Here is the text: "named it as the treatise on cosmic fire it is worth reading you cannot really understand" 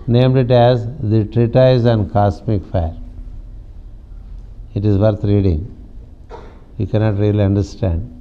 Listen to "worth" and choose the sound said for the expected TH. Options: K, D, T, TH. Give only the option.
T